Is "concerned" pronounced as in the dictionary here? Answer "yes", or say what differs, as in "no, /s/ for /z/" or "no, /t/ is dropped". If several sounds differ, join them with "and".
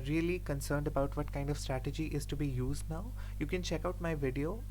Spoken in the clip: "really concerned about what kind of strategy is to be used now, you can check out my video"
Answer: yes